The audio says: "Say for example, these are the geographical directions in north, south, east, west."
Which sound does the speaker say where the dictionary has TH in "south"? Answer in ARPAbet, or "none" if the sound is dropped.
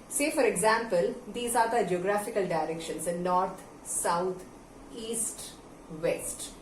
T